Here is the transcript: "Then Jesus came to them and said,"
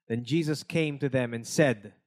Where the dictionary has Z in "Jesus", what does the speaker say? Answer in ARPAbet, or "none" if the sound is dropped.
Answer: Z